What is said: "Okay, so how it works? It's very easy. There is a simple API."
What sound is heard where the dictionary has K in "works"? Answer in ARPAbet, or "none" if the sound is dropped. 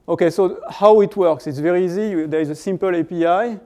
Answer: K